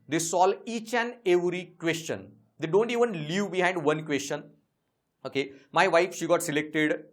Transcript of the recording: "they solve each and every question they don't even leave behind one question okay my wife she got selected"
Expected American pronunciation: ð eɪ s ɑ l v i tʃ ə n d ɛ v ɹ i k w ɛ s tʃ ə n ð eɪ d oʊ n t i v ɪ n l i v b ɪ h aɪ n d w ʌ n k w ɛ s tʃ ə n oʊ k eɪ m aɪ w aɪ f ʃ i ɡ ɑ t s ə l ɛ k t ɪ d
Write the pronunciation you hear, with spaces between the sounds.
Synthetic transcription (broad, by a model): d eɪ s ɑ l i tʃ ə n d ɛ v ɹ i k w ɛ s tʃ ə n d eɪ d oʊ n t i v ɪ n l i v b ɪ h aɪ n d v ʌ n k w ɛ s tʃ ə n oʊ k eɪ m aɪ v aɪ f ʃ i ɡ ɑ t s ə l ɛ k t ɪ d